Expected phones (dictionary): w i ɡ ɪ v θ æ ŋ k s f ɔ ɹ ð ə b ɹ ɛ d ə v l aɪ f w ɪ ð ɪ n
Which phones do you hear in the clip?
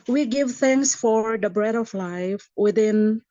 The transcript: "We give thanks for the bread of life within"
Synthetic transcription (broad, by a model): w i ɡ ɪ v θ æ ŋ s f ɔ ɹ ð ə b ɹ ɛ d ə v l aɪ f w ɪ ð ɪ n